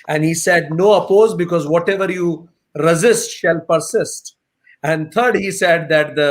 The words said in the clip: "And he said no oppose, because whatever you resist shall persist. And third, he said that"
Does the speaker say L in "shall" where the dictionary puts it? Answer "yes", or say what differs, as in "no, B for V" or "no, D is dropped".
yes